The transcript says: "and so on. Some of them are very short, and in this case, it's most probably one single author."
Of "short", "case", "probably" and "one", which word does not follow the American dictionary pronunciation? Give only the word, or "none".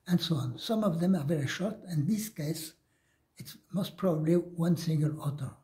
none